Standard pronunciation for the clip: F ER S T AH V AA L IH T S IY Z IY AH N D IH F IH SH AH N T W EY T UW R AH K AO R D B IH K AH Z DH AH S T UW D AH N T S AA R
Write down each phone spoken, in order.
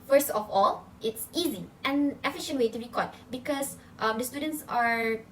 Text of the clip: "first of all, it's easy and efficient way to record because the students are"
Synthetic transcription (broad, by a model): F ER S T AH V AA L IH T S IY Z IY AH N IH F IH SH AH N T W EY T UW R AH K AO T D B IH K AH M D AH S T UW D AH N T S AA R